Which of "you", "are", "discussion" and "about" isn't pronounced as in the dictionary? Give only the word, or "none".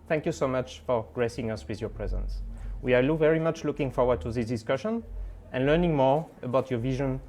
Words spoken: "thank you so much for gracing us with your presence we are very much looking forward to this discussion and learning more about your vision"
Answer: are